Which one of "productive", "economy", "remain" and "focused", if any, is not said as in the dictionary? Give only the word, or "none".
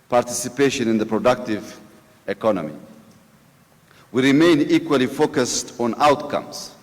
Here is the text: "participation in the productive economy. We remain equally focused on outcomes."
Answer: none